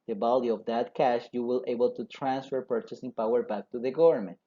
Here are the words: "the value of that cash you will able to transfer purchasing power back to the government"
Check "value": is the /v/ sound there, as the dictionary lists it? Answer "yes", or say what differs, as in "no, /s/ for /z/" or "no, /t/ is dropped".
no, /b/ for /v/